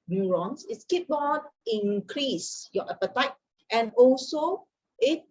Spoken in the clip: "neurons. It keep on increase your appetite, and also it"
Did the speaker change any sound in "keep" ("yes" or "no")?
yes